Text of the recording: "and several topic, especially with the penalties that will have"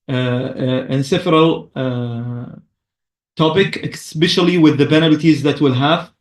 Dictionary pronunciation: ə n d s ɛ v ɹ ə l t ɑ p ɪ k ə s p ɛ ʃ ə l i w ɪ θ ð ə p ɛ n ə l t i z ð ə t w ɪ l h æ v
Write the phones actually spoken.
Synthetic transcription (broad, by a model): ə n s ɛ f ɹ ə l t ɑ p ɪ k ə s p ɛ ʃ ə l i w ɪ ð ə b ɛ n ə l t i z ð ə t w ɪ l h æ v